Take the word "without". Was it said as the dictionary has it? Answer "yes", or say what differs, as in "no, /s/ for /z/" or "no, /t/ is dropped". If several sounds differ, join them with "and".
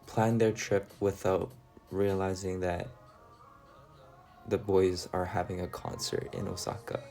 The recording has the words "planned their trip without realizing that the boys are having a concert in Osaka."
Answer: yes